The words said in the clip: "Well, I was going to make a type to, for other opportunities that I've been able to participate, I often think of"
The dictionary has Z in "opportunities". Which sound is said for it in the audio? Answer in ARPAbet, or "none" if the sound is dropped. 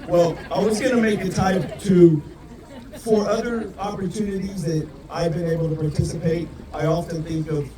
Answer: Z